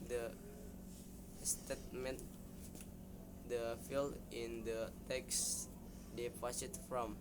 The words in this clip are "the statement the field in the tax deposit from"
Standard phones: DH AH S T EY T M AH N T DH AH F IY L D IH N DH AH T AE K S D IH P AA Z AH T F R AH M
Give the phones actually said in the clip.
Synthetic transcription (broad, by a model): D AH S T EY T M AH N T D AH F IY L IH N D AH T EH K S D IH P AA S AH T F R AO M